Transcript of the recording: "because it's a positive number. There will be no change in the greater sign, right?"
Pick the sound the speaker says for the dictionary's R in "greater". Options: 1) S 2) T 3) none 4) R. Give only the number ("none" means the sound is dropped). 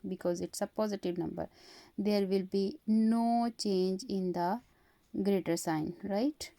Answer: 4